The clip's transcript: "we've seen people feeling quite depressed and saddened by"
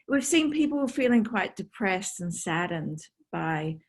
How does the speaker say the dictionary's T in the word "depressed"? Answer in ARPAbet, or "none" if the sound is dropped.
T